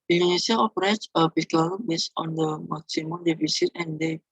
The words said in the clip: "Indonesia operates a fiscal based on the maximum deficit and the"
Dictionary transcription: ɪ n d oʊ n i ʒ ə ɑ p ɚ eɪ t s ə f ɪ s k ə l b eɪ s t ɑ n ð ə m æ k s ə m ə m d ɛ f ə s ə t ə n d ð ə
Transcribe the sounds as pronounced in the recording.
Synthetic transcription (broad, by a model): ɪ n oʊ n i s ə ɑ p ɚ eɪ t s ə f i k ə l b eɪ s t ɑ n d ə m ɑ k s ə m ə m d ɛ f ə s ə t ə n d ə